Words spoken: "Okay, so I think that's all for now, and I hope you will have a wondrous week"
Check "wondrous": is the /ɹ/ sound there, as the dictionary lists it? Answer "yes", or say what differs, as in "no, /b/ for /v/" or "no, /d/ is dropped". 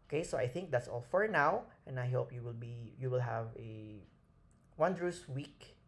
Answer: yes